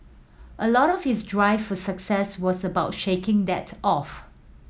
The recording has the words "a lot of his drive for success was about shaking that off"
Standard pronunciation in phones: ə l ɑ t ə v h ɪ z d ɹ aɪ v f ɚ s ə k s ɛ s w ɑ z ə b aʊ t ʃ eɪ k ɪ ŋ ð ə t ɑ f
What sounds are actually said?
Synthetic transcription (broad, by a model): ə l ɑ t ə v h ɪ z d ɹ aɪ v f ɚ s ə k s ɛ s w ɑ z ə b aʊ t ʃ eɪ k ɪ ŋ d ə t ɑ f